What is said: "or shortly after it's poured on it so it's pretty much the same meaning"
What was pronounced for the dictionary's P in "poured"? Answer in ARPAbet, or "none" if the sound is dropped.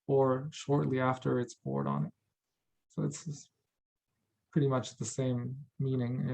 B